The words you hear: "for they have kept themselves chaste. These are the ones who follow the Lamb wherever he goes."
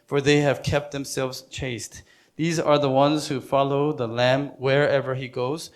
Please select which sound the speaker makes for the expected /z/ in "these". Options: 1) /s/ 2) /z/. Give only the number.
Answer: 2